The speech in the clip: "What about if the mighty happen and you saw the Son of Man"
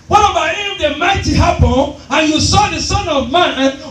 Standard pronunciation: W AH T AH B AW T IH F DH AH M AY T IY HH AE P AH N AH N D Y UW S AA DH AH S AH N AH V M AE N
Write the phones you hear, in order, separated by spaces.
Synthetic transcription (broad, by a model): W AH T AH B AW IH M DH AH M AY T IY HH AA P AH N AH N Y UW S AA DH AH S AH N AH V M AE N